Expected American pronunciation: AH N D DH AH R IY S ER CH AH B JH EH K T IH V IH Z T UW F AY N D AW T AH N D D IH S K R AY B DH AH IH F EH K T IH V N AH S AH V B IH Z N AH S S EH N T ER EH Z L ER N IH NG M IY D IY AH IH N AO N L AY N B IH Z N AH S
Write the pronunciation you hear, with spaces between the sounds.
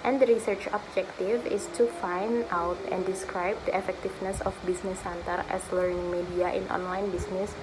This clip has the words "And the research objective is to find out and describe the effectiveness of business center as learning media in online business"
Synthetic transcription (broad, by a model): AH N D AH R IY S ER CH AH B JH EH K T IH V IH S T UW F AY N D AW T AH N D D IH S K R AY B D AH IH F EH K T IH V N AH S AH F B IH S N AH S S EH N T ER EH S L ER N IH NG M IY D IY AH IH N AO N L AY N B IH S N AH S